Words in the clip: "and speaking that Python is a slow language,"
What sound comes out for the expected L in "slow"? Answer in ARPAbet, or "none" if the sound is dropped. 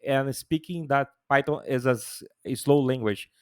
L